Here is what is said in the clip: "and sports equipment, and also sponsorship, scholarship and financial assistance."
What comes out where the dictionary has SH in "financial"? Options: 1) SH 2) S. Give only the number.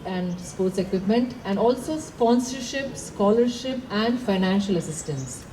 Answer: 1